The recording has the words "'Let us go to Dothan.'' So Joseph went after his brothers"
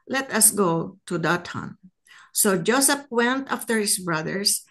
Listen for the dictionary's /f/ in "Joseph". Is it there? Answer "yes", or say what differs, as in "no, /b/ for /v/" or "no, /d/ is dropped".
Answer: no, /p/ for /f/